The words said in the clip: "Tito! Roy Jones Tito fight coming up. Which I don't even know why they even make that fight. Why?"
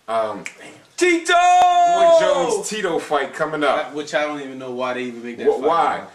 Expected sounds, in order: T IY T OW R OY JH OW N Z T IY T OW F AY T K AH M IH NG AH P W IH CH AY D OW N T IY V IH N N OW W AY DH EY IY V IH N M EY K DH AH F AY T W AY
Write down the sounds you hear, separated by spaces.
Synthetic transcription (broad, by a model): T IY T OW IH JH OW Z T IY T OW F AY T K AH M IH NG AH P W IH CH AY D OW N T IY V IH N N OW W AY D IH IY V IH N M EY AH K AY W AY